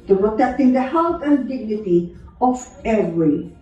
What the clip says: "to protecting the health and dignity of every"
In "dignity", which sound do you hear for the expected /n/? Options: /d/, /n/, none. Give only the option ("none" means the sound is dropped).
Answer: /n/